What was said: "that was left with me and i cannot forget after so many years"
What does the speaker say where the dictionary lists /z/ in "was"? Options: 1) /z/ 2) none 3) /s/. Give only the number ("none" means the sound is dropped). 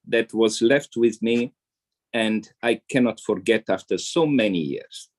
1